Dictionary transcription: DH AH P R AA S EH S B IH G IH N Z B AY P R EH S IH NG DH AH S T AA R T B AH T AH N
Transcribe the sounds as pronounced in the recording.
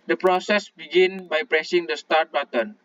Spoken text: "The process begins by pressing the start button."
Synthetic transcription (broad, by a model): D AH P R AA S EH S B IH G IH N B AY P R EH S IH NG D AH S T AA R T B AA T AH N